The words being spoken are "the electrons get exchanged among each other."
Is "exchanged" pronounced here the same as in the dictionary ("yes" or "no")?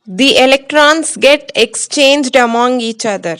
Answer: yes